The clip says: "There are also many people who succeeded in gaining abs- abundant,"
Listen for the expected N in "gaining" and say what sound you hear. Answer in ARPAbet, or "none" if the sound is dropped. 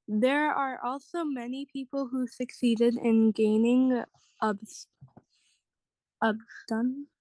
N